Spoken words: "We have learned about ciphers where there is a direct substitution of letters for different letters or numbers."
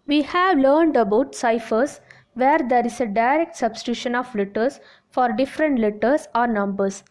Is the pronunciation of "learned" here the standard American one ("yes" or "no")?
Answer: yes